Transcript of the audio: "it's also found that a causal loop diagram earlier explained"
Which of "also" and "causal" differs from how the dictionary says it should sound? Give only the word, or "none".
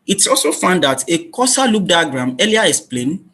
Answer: causal